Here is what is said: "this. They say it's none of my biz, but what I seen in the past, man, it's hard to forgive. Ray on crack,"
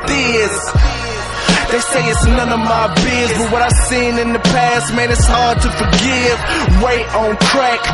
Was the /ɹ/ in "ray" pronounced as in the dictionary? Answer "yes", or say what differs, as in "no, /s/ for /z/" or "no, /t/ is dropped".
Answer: no, /w/ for /ɹ/